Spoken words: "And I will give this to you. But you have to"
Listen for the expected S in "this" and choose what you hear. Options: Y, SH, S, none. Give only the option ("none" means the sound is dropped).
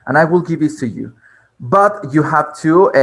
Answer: none